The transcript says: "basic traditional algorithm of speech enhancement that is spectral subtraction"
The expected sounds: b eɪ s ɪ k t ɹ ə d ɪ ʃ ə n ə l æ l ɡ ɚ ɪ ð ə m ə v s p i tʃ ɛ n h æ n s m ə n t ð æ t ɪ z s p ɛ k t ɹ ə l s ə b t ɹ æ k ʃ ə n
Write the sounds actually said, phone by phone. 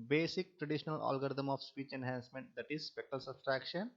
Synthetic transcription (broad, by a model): b eɪ s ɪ k t ɹ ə d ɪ ʃ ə n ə l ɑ l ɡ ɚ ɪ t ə m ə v s p i tʃ ɛ n h æ n s m ə n t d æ t ɪ z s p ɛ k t ə l s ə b t ɹ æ k ʃ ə n